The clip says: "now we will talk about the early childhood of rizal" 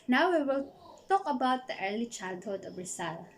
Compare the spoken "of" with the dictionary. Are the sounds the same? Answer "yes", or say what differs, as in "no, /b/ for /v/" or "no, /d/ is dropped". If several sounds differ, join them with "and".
no, /b/ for /v/